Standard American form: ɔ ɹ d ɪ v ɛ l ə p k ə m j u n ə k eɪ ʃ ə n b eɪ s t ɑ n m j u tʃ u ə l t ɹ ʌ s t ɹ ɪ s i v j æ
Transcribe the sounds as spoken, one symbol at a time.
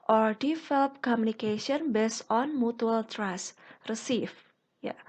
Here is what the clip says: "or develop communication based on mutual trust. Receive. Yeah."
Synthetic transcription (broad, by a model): ɔ ɹ d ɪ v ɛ l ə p k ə m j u n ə k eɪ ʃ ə n b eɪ s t ɑ n m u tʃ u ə l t ɹ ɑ s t ɹ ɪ s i f j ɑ